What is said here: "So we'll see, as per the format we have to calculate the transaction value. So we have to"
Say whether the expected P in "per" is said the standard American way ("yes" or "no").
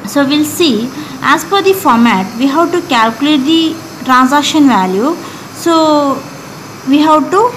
no